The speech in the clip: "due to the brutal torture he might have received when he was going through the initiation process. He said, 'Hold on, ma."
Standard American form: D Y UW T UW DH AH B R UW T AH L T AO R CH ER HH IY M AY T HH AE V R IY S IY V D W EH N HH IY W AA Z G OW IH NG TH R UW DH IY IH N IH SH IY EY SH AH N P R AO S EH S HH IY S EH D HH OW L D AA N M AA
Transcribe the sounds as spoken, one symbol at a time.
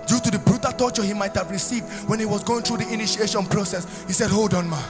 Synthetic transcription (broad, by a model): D Y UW T UW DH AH B R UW T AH T AO CH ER HH IY M AY T HH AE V R IY S IY V D W EH N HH IY W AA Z G OW IH NG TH R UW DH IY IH N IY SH IY EY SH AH N P R AO S EH S HH IY S EH D HH OW L D AA N M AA